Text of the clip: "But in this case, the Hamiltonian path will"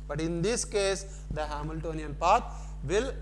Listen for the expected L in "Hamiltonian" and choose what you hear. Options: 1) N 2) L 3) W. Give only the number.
2